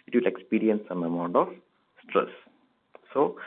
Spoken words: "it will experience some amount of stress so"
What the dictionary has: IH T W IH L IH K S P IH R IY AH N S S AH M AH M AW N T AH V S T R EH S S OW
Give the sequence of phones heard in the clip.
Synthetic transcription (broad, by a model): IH T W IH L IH K S P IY R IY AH N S S AH M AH M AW N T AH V S T R EH S S OW